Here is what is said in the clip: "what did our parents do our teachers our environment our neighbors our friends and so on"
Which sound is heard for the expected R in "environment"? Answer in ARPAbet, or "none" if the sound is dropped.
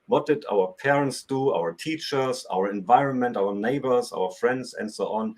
R